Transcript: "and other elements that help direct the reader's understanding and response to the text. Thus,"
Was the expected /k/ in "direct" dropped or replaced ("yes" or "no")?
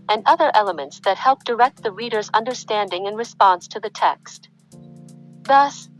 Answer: no